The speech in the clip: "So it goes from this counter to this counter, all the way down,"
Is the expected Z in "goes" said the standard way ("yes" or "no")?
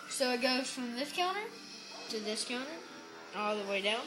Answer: no